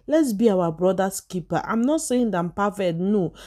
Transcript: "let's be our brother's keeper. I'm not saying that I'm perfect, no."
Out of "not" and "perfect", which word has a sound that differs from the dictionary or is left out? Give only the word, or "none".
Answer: perfect